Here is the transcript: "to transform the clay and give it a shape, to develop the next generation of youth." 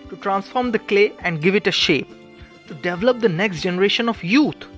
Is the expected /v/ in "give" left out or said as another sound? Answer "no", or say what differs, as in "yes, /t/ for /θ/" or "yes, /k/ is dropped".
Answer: no